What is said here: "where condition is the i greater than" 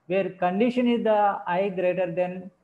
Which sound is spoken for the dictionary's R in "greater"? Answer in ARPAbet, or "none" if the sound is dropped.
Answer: R